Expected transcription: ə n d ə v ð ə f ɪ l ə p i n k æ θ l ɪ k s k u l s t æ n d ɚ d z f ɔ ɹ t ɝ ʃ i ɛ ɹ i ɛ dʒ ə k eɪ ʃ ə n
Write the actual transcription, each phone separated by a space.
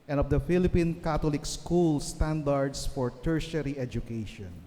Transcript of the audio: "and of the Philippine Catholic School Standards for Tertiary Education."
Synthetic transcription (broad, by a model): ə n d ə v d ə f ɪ l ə p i n k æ t l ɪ k s k u l s t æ n d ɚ d s f ɔ ɹ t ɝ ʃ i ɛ ɹ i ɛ dʒ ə k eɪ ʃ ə n